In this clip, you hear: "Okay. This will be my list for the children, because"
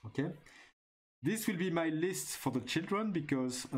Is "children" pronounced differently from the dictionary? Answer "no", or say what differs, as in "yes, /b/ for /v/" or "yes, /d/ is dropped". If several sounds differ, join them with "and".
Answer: no